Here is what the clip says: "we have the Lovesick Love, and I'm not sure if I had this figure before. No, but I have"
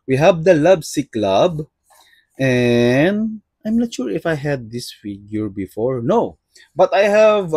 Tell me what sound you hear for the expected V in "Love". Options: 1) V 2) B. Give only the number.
2